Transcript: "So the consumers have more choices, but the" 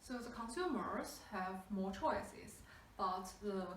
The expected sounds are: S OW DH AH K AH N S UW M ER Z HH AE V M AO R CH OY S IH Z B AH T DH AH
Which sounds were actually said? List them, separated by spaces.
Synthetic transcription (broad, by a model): S OW DH AH K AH N S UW M ER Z HH AE V M AO R CH OY S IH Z B AH T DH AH